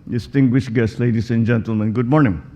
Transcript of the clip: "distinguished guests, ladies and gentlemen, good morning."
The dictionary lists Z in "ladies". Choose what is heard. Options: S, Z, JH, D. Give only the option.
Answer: S